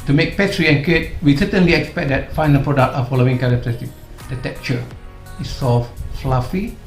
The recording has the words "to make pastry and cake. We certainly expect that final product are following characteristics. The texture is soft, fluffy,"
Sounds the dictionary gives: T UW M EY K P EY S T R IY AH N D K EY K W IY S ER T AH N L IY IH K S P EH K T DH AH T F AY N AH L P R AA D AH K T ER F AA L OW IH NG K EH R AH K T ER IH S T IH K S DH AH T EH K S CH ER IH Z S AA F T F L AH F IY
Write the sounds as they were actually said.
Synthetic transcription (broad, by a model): T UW M EY K P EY T R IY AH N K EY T W IY S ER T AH N L IY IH K S P EH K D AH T F AY N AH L P R AA D AH K T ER F AA L OW IH NG K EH R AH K T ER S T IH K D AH T EH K CH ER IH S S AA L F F L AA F IY